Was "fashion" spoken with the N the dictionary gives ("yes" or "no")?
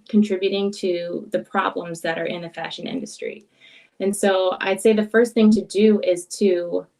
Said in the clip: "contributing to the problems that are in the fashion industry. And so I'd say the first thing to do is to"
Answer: yes